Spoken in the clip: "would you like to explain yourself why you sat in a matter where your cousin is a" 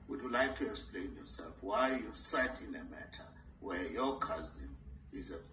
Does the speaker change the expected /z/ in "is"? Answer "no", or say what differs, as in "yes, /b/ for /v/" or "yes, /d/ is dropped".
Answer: no